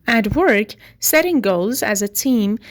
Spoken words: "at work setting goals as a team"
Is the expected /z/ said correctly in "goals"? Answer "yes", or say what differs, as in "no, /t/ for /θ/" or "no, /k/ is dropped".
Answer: yes